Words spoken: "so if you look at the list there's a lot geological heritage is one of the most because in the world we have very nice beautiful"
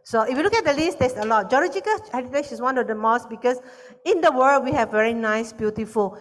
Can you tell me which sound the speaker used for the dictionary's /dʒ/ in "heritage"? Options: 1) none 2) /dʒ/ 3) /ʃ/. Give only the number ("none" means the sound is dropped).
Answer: 3